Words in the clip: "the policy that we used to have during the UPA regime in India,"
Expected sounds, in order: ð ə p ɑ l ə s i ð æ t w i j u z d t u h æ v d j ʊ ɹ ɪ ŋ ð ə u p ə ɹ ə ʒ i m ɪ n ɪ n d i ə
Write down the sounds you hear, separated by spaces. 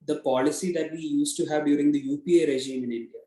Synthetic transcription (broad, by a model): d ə p ɑ l ə s i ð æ t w i j u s t u h æ v d j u ɹ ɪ ŋ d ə u p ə ɹ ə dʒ i m ɪ n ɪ n d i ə